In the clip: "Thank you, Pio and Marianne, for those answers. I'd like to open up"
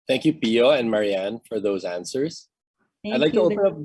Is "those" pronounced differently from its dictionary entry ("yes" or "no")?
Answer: no